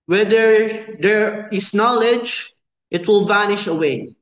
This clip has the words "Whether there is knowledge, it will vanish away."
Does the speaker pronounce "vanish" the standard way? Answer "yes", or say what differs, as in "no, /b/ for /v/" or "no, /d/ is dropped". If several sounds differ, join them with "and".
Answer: yes